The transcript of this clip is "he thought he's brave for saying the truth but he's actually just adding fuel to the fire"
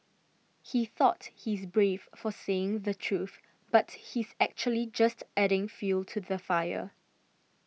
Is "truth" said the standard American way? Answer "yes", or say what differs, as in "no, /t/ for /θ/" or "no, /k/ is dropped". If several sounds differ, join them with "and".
yes